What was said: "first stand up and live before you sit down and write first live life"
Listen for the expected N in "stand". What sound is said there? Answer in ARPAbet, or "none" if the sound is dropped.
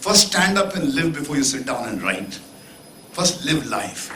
N